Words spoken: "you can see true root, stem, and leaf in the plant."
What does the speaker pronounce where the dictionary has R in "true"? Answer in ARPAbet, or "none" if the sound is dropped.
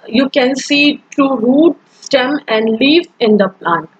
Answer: none